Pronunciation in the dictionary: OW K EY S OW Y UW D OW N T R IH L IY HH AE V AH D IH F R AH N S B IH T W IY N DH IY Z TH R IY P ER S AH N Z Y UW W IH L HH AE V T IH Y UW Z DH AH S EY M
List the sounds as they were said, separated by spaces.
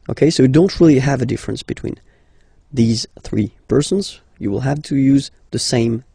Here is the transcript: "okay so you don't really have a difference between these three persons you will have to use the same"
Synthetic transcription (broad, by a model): OW K EY S OW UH D OW N T R IH L IY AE V AH D IH F R AH N S B IH T W IY N DH IY Z TH R IY P ER S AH N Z Y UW W IH L HH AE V T IH Y UW Z DH AH S EY M